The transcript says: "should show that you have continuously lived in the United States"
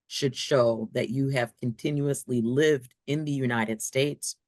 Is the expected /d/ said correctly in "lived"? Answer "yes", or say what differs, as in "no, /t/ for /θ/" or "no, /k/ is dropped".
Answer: yes